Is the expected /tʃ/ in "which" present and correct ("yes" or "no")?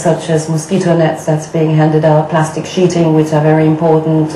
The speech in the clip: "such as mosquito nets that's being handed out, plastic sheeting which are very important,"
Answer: yes